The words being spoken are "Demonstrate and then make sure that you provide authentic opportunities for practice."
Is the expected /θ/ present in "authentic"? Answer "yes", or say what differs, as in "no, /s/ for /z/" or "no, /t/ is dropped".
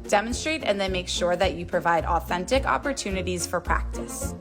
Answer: yes